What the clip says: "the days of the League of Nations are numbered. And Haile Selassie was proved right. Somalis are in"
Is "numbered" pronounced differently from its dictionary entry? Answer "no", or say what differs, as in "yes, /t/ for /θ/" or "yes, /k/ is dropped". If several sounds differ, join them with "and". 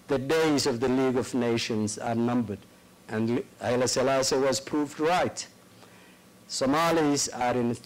no